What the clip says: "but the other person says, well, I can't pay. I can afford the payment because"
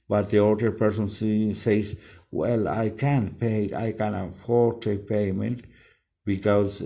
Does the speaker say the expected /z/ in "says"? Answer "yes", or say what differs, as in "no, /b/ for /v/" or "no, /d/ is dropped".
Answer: no, /s/ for /z/